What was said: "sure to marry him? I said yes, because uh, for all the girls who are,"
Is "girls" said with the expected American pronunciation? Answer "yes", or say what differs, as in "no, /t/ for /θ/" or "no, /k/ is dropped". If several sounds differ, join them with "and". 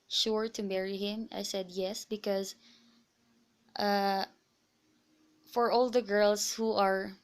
no, /s/ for /z/